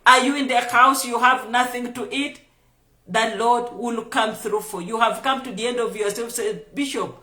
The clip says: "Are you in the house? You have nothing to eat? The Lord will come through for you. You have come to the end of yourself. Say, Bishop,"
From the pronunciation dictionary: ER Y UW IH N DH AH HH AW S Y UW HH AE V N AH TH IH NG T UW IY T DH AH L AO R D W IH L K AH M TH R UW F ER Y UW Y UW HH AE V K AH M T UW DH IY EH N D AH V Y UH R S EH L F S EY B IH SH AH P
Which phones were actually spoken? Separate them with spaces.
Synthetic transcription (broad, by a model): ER Y UW IH N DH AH HH AW S Y UW HH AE V N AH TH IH NG T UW IY T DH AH L AO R D W IH L K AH M TH R UW F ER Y Y UW HH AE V K AH M T UW DH IY EH N D AH V Y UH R S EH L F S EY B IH SH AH P